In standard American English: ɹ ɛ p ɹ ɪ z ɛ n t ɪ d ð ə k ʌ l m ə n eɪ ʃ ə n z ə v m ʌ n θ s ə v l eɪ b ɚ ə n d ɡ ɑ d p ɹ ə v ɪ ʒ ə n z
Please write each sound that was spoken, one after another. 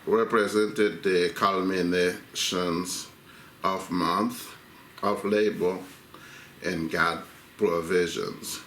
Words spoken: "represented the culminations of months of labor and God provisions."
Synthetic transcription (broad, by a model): ɹ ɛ p ɹ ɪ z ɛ n t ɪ d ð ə k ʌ l m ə n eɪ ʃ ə n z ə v m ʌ n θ ə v l eɪ b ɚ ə n ɡ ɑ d p ɹ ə v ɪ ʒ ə n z